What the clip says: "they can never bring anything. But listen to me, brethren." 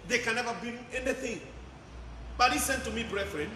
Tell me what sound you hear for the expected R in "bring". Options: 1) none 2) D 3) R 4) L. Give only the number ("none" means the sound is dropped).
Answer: 1